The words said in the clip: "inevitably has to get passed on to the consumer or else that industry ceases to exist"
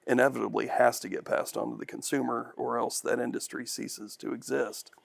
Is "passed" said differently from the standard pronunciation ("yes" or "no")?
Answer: no